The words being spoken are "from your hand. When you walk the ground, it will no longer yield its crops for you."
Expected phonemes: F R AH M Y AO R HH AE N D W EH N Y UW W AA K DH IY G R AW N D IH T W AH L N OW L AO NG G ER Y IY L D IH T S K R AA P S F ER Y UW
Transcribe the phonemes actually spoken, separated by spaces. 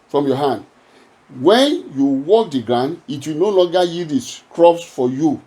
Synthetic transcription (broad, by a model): F R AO M Y AO HH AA N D W EH N Y UW W AA K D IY G R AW N D IH T W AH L N OW L AO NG G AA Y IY D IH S K R AA P S F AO Y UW